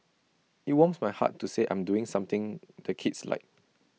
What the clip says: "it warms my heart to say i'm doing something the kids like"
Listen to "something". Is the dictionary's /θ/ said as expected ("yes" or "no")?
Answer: no